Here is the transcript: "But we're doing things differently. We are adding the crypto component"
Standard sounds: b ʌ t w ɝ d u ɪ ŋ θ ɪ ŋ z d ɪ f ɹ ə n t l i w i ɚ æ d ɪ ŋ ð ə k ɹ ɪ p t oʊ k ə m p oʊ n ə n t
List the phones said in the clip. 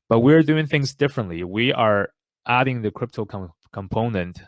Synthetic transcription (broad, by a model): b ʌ t w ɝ d u ɪ ŋ θ ɪ ŋ z d ɪ f ɹ ə n t l i w i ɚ æ d ɪ ŋ ð ə k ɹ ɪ p t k k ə m p oʊ n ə n t